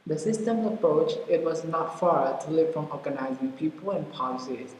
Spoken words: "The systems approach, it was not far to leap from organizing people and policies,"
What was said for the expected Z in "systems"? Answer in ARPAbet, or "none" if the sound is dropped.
none